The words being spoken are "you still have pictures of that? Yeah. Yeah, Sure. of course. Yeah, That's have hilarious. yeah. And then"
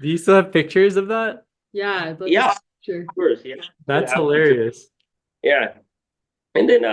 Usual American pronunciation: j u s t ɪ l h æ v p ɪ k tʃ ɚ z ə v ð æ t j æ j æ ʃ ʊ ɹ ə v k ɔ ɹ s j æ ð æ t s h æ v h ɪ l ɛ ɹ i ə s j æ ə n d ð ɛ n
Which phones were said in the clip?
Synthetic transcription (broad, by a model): j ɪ s t ɪ l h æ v p ɪ k tʃ ɚ z ə v ð æ t j æ j æ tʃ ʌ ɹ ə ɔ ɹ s j æ ð æ t s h h ɪ l ɛ ɹ i ə s j æ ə n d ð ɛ n